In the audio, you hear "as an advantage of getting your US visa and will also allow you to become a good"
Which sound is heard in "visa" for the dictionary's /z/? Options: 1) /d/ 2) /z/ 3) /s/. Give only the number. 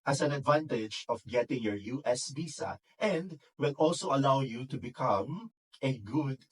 3